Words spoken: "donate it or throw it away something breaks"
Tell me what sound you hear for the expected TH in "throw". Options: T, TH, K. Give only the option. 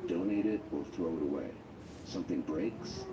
TH